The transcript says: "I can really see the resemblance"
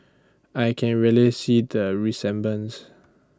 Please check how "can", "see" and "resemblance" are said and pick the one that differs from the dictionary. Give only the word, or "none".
resemblance